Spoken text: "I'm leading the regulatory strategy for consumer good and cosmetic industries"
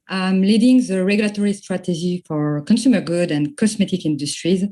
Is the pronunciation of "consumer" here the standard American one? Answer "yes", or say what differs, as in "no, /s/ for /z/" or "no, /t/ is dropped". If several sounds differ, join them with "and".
yes